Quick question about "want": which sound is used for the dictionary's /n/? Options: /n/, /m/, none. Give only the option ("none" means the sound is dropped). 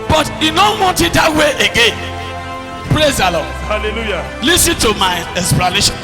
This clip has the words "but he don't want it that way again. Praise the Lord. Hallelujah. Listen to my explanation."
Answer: none